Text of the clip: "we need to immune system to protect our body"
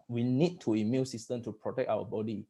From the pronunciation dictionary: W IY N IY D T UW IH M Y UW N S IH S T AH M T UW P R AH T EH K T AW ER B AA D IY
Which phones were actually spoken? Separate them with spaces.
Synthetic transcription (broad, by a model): W IY N IY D T UW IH M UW L S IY S T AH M T UW P R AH T EH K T AW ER B AA D IY